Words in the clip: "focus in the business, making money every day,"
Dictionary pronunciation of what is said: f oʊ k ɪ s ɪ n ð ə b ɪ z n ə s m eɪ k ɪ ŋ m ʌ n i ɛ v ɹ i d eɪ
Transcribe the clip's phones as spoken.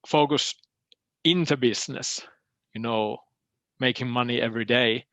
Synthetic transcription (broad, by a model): f oʊ k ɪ s ɪ n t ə b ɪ s n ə s m eɪ k ɪ ŋ m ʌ n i ɛ v ɹ i d eɪ